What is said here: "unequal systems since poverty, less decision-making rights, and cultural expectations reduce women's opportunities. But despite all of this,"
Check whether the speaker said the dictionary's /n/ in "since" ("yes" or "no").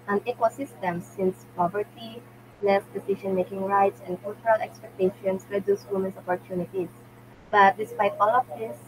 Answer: yes